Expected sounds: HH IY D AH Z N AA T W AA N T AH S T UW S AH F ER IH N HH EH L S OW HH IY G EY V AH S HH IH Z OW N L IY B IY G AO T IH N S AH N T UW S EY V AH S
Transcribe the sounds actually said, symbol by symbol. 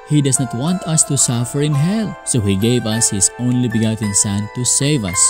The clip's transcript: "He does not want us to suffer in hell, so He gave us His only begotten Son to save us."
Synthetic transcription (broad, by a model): HH IY D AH S N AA T W AA N T AH S T UW S AH F ER IH N HH EH L S OW HH IY G EY V AH S HH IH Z OW N L IY B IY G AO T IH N S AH N T UW S EY V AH S